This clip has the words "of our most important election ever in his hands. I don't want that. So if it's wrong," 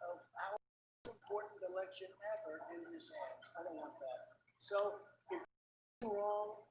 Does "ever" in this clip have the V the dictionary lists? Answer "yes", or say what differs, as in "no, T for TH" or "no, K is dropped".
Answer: no, F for V